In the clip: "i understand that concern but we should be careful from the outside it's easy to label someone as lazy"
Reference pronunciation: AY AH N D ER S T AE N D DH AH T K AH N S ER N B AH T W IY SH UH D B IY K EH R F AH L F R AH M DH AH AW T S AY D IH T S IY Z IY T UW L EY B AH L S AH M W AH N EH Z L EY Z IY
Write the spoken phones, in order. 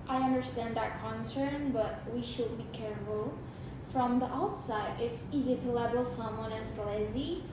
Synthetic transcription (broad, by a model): AY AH N D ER S T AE N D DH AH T K AH N S ER N B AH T W IY SH UH D B IY K EH R F AH L F R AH M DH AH AW T S AY D IH T S IY Z IY T UW L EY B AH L S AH M W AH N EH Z L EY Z IY